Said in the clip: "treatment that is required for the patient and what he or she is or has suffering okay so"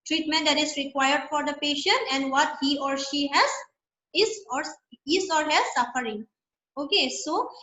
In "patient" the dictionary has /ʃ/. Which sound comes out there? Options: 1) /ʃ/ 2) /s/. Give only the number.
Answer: 1